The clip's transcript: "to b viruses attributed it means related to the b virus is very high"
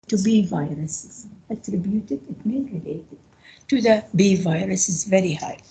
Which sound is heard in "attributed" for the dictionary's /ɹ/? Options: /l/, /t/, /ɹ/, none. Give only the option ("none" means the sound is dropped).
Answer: /ɹ/